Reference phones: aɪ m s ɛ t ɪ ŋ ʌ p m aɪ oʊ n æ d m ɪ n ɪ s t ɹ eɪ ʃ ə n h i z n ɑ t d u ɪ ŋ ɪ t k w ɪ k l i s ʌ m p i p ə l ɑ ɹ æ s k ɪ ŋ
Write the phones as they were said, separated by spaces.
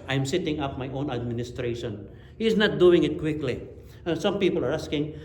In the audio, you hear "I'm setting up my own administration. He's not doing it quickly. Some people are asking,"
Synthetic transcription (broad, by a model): aɪ m s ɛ t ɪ ŋ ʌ p m aɪ oʊ n æ d m ɪ n ɪ s t ɹ eɪ ʃ ə n h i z n ɑ t d u ɪ ŋ ɪ t k w ɪ k l i s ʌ m p i p ə l ɑ ɹ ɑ s k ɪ ŋ